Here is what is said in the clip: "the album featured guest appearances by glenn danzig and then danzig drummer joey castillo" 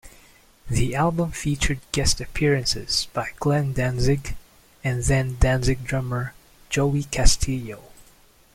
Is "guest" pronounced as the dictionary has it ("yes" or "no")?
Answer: yes